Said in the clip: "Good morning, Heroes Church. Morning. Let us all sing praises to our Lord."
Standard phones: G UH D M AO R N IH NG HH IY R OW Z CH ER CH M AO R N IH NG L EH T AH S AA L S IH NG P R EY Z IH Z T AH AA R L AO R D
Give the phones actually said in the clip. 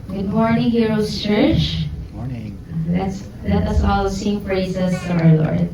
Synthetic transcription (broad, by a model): G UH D M AO R N IH NG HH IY R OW S CH ER CH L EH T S L EH T AH S AA L S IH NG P R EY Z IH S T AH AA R L AO R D